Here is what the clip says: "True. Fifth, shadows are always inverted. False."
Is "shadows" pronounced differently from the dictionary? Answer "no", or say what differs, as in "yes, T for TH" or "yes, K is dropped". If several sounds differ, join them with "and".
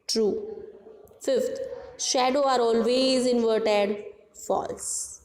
yes, Z is dropped